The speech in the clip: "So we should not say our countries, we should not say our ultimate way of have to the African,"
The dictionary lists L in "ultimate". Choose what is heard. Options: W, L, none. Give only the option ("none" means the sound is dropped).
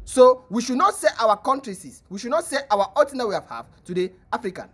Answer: none